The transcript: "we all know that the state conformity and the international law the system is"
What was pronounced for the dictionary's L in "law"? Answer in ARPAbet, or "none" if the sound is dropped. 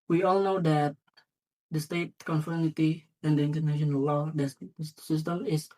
L